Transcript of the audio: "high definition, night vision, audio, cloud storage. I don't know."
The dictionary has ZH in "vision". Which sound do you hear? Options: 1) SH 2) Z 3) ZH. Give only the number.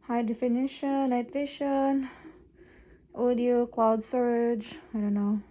1